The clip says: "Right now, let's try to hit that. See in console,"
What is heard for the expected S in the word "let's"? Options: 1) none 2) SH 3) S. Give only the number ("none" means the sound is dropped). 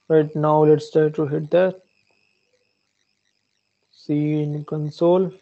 3